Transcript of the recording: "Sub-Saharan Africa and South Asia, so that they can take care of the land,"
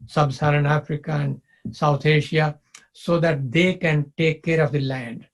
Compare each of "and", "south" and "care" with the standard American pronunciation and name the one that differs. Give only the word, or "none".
south